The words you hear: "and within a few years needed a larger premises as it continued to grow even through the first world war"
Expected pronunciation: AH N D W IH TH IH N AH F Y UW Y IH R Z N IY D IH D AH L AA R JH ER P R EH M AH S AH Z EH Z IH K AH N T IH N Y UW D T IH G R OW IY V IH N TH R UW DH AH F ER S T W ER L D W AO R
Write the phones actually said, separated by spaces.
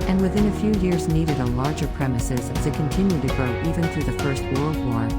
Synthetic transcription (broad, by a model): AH N W IH TH IH N AH F Y UW Y IH R Z N IY D IH D AH L AA R JH ER P R EH M AH S AH Z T IH K AH N T IH N Y UW D T IH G R OW IY V IH N TH R UW DH AH F ER S T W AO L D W AO R